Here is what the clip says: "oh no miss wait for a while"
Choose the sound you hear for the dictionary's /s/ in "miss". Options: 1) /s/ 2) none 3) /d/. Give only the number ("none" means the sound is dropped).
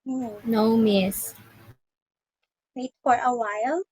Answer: 1